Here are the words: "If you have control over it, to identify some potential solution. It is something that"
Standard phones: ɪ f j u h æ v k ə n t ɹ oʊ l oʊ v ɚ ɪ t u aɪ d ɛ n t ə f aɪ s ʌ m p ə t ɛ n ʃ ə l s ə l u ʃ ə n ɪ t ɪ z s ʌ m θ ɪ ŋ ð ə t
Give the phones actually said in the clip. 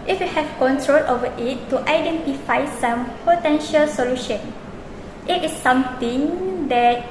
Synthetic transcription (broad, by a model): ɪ f j u h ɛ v k ə n t ɹ oʊ l oʊ v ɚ ɪ t u aɪ d ɛ n t ə f aɪ s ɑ m p ə t ɛ n ʃ ə l s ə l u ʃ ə n ɪ t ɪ s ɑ m t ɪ ŋ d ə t